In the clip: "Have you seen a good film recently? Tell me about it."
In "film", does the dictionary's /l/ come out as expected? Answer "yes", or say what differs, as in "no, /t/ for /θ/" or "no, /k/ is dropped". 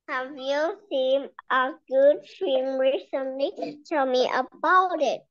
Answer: no, /l/ is dropped